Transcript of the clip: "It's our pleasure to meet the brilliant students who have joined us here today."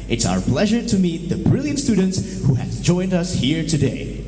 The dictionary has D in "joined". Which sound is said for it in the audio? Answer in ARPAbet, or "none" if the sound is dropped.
D